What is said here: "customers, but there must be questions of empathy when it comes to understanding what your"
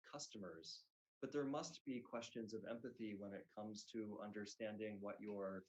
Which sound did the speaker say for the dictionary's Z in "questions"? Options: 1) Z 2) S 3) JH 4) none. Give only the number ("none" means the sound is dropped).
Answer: 1